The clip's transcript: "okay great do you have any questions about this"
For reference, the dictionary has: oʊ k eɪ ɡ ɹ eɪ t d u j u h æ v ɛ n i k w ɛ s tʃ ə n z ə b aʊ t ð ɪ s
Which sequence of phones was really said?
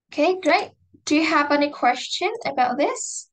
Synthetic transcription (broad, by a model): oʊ k eɪ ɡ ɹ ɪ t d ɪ j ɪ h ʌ v ɛ n i k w ɛ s tʃ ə n ə b aʊ t ð ɪ s